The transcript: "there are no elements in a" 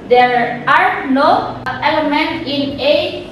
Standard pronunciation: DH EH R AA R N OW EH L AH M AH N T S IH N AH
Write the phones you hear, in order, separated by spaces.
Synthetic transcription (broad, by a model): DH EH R AA R N OW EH L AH M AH N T IH N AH